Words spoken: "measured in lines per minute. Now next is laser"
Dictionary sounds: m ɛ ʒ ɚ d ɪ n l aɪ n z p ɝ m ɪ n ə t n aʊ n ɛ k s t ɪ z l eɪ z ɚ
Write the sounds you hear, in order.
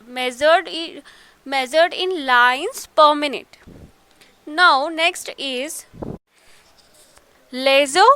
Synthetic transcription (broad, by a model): m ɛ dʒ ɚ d ɪ n l aɪ n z p ɝ m ɪ n ə t n aʊ n ɛ k s t ɪ z l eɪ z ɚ